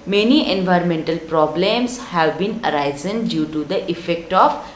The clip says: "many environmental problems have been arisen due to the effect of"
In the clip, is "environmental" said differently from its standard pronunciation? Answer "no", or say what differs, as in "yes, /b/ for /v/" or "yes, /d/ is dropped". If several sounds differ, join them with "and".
no